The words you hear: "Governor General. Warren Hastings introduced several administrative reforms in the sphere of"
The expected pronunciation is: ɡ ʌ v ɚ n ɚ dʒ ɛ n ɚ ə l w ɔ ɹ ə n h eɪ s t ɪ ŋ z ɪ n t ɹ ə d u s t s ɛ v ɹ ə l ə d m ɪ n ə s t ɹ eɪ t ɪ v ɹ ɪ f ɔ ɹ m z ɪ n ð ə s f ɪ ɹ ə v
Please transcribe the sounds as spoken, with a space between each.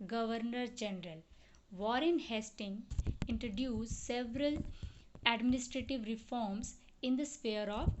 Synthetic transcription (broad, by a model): ɡ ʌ v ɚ n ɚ dʒ ɛ n ɚ ə l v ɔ ɹ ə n h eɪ s t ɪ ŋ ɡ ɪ n t ɹ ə d u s s ɛ v ɹ ə l ə d m ɪ n ə s t ɹ eɪ t ɪ v ɹ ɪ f ɔ ɹ m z ɪ n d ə s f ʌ ɹ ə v